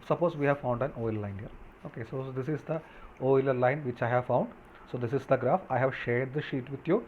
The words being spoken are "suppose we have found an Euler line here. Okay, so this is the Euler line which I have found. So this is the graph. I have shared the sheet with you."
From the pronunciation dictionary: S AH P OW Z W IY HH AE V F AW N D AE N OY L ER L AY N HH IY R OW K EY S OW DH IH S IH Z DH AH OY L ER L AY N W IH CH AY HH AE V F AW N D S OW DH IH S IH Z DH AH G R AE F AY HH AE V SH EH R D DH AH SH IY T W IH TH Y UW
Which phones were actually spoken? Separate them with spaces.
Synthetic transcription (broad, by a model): S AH P OW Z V IY HH AE V F AW N D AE N OY L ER L AY N HH IY R OW K EY S OW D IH S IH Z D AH OY L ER L AY N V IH CH AY HH AE V F AW N D S OW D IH S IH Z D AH G R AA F AY HH AE V SH EH R D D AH SH IY T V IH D Y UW